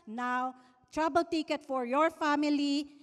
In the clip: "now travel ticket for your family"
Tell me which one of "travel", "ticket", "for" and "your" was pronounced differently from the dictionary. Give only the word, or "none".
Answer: travel